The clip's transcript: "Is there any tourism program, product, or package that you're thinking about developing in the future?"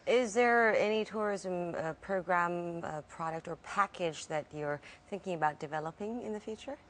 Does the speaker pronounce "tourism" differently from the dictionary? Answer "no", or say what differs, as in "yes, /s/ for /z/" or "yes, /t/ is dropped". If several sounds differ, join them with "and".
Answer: no